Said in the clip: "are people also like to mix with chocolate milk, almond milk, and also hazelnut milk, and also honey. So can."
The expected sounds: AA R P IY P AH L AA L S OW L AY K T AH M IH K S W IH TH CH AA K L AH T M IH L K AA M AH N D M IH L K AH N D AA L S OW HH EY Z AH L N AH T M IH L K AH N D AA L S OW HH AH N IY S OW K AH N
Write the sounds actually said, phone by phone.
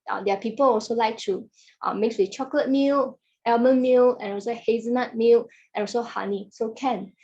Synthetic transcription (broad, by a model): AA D P IY P AH L AA L S OW L AY K T AH M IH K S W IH CH AA K L AH T M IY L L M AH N M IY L AH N AA L S OW HH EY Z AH N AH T M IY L AH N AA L S OW HH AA N IY S OW K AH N